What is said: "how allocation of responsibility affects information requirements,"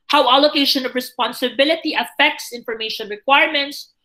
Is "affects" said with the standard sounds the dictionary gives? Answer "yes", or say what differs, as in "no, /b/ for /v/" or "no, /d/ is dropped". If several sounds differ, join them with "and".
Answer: yes